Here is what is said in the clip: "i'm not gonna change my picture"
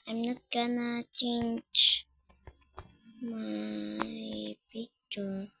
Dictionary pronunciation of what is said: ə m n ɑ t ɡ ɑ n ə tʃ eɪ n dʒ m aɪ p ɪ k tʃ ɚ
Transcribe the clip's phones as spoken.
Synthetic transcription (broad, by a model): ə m n ɑ t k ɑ n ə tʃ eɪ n tʃ m aɪ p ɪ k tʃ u